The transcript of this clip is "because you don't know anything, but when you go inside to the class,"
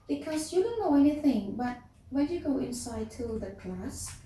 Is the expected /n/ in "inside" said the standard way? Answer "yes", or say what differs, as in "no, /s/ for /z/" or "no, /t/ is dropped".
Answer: yes